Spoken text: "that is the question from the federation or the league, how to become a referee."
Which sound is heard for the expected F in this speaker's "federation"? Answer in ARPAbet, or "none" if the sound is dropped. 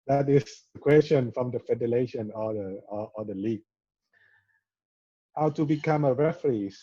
F